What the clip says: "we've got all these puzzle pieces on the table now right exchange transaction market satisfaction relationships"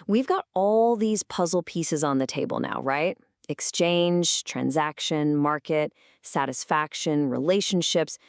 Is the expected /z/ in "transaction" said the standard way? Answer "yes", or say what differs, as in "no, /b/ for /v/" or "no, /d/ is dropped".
yes